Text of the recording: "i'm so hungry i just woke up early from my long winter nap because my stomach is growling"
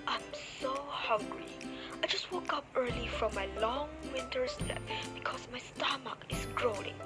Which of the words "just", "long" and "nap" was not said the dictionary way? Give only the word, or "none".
nap